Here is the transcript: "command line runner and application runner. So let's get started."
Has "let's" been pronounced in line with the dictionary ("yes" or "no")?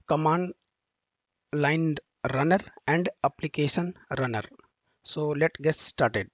no